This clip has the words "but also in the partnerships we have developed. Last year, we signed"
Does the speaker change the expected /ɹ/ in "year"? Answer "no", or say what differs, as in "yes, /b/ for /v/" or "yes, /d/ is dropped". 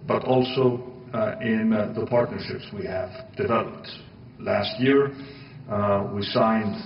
no